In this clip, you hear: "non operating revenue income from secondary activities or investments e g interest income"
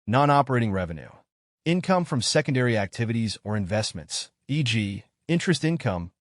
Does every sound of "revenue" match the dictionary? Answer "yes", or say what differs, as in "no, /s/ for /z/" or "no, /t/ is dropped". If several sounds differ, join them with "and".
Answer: yes